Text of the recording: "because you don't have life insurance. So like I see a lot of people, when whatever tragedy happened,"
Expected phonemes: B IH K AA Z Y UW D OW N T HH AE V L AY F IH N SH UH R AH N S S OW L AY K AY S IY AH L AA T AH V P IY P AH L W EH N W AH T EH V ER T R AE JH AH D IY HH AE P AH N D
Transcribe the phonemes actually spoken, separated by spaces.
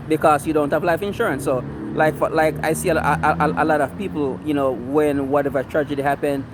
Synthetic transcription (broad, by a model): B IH K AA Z Y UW D OW N T HH AE V L AY F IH N SH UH R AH N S S OW L AY K AY S IY AH L AA T AH V P IY P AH N W EH N W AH T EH V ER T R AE JH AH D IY HH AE P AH N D